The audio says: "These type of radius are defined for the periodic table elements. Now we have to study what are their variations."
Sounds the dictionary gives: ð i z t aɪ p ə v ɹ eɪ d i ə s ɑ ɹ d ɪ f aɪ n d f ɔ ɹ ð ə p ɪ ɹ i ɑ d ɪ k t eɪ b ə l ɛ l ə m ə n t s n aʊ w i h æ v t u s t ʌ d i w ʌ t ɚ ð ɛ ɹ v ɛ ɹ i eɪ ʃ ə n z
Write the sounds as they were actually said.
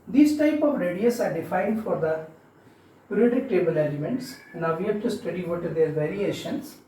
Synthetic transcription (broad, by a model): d i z t aɪ p ə v ɹ eɪ d i ə s ɑ ɹ d ɪ f aɪ n d f ɔ ɹ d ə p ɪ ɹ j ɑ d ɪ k t eɪ b ə l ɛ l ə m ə n t s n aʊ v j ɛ p t u s t ʌ d i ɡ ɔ t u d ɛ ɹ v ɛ ɹ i eɪ ʃ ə n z